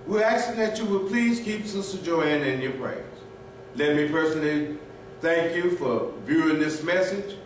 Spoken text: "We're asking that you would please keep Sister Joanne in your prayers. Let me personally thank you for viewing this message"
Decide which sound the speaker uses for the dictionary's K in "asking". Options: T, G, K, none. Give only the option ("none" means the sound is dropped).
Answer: none